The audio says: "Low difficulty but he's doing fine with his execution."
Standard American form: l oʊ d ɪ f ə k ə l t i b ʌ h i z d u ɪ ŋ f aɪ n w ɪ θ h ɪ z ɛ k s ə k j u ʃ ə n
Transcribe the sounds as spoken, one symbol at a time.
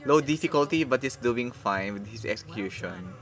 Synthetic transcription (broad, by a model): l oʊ d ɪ f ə k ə l t i b ʌ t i s d u ɪ ŋ f aɪ n w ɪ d h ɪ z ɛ k s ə k j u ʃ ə n